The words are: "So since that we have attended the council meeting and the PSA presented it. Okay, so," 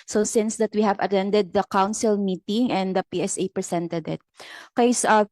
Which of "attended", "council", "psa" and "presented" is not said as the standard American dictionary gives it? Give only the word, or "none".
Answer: presented